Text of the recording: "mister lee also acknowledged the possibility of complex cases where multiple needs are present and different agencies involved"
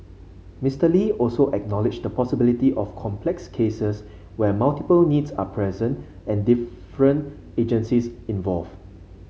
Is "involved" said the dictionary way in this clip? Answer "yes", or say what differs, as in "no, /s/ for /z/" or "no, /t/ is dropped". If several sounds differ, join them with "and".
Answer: no, /d/ is dropped